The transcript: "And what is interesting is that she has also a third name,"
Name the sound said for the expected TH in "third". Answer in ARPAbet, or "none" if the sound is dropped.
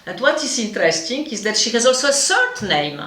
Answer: S